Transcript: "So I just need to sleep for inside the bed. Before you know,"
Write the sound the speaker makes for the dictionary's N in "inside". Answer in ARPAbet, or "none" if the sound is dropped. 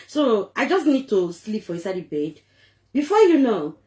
none